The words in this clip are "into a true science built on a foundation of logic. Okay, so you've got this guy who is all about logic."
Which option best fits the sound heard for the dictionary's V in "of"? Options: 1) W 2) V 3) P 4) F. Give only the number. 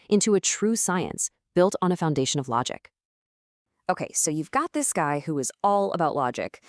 2